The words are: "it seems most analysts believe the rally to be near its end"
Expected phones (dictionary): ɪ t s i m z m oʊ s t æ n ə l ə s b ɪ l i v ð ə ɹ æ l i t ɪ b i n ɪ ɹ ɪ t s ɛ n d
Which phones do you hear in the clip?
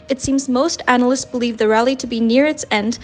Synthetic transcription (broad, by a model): ɪ t s i m z m oʊ s t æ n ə l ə s b ɪ l i v ð ə ɹ æ l i t ɪ b i n ɪ ɹ ɪ t s ɛ n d